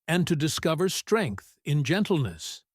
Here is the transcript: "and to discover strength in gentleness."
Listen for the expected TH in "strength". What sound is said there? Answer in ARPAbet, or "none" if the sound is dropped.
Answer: TH